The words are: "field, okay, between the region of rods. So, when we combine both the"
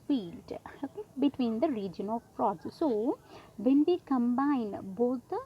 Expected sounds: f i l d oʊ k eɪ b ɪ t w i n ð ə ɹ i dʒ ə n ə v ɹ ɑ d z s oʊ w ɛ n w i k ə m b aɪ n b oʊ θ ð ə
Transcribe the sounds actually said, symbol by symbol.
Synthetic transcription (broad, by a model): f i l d oʊ k eɪ b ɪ t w i n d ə ɹ i dʒ ə n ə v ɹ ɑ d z s oʊ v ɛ n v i k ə m b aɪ n b oʊ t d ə